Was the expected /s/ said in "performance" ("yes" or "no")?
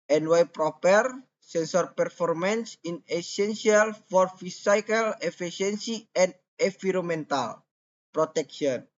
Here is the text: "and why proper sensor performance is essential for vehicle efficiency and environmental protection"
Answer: yes